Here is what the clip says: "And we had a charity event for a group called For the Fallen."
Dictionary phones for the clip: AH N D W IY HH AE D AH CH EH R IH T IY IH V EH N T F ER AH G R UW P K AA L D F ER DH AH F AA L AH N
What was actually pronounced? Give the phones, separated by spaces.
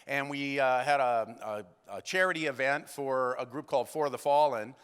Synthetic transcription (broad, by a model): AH N W IY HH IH D AH CH EH R IH T IY IH V EH N T F ER AH G R UW P K AA L D F ER DH AH F AA L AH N